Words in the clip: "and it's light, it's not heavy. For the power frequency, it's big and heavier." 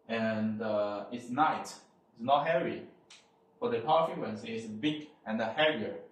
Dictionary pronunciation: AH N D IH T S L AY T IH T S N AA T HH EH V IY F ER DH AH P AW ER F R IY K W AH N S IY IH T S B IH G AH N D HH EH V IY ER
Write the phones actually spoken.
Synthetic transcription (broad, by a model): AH N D IH T S N AY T IH T S N AA T HH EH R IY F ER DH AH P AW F IY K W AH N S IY IH T S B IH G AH N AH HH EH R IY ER